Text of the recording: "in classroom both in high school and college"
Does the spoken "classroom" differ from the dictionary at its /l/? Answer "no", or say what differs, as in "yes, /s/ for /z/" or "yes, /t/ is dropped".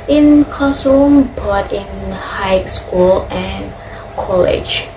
yes, /l/ is dropped